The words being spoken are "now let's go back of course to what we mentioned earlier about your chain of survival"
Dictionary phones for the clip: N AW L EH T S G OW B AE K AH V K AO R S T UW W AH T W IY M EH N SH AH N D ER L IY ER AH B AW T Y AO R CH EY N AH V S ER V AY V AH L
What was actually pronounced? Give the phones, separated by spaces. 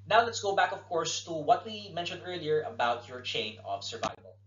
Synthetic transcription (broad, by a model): N AW L EH T S G OW B AE K AH V K AO R S T UW W AH T W IY M EH N SH AH N D ER L IY ER AH B AW T Y AO R CH EY N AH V S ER V AY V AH L